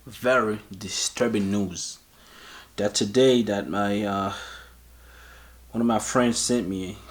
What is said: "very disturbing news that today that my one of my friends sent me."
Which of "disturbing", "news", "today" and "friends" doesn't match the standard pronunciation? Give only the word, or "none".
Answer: none